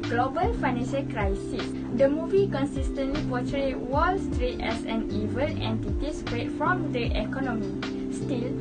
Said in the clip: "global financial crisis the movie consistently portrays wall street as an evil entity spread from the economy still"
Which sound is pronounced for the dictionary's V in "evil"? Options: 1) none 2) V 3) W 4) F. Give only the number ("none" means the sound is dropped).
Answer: 2